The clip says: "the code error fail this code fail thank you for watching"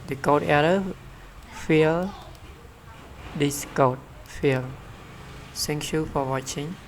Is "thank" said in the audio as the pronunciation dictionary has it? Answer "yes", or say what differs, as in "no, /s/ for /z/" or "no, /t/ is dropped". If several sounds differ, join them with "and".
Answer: no, /s/ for /θ/